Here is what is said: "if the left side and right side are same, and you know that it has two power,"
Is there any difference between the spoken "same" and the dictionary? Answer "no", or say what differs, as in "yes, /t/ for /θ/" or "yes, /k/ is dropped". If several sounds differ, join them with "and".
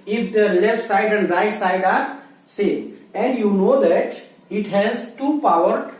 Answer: yes, /m/ is dropped